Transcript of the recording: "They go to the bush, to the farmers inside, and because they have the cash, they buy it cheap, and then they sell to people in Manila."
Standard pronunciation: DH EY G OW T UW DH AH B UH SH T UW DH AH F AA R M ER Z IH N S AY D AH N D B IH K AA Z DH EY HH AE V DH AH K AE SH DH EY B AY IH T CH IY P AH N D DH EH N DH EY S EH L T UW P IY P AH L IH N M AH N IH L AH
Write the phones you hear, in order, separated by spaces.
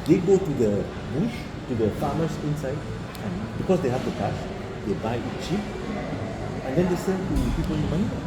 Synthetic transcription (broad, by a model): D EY G OW T UW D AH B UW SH T UW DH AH F AA M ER S IH N S AY D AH N B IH K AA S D EY HH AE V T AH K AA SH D EY B AY IH T CH IY P AH N D EH N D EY S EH N T UW P IY P AH L IH N M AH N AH